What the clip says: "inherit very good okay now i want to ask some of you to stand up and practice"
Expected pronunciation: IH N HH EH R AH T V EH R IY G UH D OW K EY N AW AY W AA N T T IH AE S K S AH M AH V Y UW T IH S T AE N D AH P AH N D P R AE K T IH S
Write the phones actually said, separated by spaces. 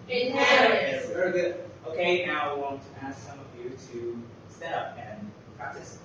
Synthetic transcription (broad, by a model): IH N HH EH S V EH R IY G UH D OW K EY N AW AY W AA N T T IH AE S K S AH M AH V Y UW T IH S T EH D AH P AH N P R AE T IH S